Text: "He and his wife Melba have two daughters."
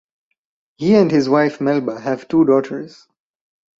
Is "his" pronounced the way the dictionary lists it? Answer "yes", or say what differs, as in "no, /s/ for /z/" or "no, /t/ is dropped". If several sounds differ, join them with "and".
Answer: yes